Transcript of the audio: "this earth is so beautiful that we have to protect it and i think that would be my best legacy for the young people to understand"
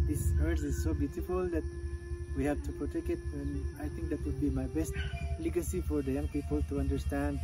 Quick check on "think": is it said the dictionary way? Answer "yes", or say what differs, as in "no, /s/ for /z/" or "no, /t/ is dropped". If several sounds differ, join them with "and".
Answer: no, /t/ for /θ/